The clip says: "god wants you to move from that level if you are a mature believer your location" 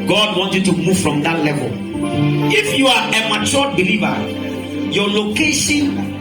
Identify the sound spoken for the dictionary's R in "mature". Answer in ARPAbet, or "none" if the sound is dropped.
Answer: L